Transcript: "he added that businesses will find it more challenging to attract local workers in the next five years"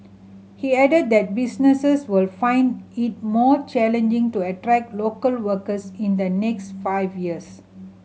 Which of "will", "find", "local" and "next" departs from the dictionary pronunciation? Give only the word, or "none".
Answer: none